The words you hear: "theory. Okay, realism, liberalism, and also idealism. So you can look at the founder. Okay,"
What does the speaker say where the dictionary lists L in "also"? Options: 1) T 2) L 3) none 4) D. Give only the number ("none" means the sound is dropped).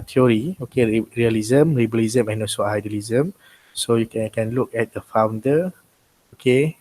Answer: 3